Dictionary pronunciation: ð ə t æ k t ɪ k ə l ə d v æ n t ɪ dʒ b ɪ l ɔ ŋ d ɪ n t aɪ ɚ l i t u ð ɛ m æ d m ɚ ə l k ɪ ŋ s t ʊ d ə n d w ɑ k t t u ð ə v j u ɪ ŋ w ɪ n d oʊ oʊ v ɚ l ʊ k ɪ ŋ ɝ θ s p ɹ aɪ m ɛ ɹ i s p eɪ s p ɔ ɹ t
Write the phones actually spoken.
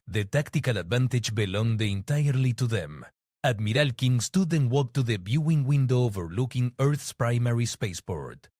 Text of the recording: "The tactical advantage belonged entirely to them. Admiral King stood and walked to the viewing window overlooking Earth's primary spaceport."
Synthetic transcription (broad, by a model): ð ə t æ k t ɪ k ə l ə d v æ n t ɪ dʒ b ɪ l ɔ ŋ d ɪ n t aɪ ɚ l i t u ð ɛ m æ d m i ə l k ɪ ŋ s t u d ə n w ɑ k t t u ð ə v j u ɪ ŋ w ɪ n d oʊ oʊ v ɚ l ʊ k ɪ ŋ ɝ θ s p ɹ aɪ m ɛ ɹ i s p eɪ s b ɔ ɹ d